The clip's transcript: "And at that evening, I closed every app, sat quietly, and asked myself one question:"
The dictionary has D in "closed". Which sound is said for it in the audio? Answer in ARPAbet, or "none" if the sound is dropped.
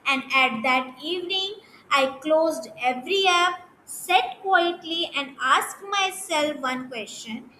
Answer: D